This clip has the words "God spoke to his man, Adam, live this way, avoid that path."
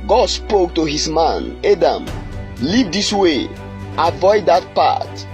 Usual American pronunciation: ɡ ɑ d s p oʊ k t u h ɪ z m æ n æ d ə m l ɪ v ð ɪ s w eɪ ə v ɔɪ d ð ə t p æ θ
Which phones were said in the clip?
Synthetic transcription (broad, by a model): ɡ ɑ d s p oʊ k t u h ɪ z m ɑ n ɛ d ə m l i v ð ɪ s w eɪ ə v ɔɪ d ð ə t p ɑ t